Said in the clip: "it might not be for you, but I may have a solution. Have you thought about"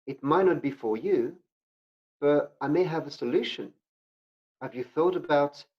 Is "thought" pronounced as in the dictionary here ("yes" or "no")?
yes